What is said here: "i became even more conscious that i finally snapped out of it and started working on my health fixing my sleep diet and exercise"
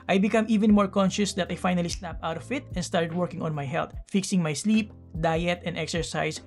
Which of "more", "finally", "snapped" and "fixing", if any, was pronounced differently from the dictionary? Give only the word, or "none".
snapped